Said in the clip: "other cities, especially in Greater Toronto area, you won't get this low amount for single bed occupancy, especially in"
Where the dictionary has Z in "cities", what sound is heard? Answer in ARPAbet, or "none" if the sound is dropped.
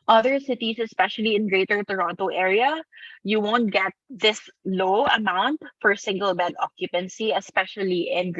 S